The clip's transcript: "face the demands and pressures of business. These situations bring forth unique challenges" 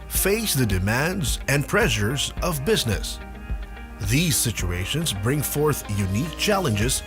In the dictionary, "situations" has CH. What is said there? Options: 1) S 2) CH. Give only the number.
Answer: 2